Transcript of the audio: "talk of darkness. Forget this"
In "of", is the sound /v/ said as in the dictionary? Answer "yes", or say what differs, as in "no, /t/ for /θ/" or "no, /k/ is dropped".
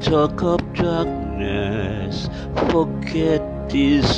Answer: no, /p/ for /v/